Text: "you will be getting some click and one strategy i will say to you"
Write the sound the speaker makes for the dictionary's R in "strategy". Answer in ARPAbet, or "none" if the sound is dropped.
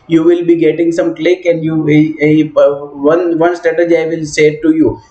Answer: none